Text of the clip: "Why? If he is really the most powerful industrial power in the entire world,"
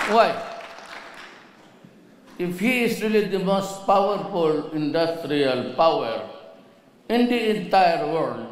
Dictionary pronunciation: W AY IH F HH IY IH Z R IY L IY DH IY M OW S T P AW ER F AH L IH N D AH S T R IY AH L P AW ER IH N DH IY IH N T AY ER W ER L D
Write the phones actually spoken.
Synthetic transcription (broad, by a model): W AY IH F HH IY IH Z R IY L IY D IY M OW S T P AW ER F AH L IH N D AH S T R IY AH L P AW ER IH N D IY IH N T AY ER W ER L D